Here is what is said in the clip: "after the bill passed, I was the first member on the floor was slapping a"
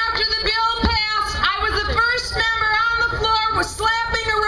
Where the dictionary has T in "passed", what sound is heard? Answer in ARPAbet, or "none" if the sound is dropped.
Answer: none